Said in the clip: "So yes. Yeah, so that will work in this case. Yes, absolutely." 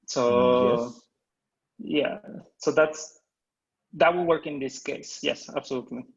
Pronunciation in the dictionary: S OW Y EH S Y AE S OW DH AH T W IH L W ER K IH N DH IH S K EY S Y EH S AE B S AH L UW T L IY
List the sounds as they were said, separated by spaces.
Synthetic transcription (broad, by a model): S OW Y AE S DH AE S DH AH T W IH L W ER K IH N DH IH S K EY S Y EH S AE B S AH L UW T L IY